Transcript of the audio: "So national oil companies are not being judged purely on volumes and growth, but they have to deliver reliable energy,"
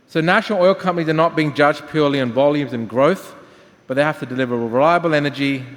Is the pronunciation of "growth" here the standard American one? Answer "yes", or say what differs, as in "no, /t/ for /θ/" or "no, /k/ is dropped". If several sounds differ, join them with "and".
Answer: yes